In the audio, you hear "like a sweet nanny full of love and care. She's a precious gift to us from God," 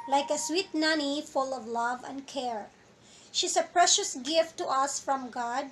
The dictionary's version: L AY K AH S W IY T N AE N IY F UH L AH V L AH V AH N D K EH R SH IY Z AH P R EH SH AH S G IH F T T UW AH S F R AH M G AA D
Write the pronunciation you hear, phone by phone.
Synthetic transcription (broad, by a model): L AY K AH S W IY T N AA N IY F UH L AH V L AH V AH N D K EH R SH IY S AH P R EH SH AH S G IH F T T UW AH S F R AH M G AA D